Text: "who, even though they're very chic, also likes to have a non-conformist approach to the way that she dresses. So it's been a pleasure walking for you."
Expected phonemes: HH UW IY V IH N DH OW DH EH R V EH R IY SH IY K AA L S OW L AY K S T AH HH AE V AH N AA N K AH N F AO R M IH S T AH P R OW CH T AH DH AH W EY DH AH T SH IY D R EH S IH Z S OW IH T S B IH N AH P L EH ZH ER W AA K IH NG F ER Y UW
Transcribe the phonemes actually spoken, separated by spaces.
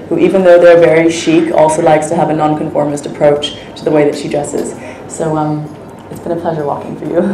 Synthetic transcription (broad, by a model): HH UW IY V IH N DH OW DH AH R V EH R IY SH IY K AA L S OW L AY K S T AH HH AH V AH N AA N K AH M F AO R M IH S T AH P R OW CH T AH DH AH W EY DH AH T SH IY D R EH S IH Z S OW IH T S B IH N AH P L EH ZH ER W AA K IH NG F ER Y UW